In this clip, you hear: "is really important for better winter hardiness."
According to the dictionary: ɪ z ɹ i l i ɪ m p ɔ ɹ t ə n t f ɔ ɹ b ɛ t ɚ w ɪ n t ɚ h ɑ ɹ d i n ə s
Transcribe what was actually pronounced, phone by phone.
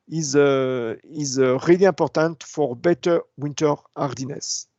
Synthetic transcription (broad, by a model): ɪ z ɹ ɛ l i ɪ p ɔ ɹ t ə n t f ɔ ɹ b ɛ t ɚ w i n t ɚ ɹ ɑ ɹ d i n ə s